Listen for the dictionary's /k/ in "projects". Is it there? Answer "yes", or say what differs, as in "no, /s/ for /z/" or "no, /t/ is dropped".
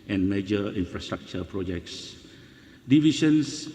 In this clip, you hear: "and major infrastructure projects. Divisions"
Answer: yes